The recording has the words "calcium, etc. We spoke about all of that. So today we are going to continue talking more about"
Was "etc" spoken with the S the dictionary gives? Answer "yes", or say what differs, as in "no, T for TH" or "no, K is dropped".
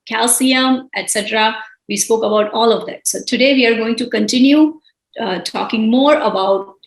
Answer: yes